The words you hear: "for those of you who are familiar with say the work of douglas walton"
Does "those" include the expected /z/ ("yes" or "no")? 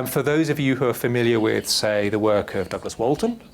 yes